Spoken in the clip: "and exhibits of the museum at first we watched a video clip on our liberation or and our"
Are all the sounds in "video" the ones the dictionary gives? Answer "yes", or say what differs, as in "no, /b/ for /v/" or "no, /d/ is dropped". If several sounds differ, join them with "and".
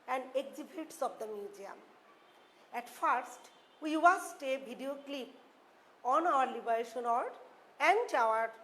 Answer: no, /b/ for /v/